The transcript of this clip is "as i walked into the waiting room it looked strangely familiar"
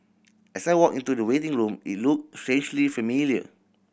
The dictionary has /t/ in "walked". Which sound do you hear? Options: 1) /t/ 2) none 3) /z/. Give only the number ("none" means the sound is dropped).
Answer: 2